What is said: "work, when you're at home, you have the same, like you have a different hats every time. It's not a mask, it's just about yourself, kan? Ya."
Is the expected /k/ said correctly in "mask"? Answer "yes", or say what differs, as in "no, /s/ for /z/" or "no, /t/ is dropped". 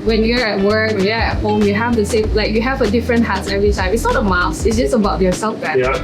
no, /k/ is dropped